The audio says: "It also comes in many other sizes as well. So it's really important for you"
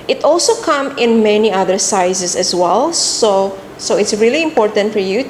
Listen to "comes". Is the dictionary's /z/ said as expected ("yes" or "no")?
no